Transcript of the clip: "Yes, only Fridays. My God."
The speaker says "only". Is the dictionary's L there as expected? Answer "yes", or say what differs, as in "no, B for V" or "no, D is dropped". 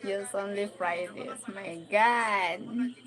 yes